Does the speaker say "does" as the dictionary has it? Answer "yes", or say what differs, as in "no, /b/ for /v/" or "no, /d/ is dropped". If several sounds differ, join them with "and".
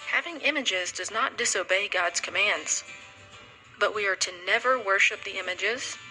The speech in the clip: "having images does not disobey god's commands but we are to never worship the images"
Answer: yes